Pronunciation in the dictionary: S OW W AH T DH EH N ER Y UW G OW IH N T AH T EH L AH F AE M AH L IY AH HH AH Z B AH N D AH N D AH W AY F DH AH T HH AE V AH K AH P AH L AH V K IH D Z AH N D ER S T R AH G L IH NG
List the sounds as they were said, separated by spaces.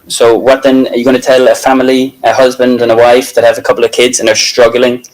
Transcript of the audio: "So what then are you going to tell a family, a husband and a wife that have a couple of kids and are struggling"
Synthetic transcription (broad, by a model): S OW W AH T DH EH N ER Y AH G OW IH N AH T EH L AH F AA M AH L IY AH HH AH Z B AH N D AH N AH W AY F DH AH T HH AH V AH K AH P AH L AH V K IH D Z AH N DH ER S T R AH G L IH NG